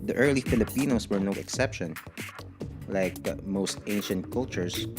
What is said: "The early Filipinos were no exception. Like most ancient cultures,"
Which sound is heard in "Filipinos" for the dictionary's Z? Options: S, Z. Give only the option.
S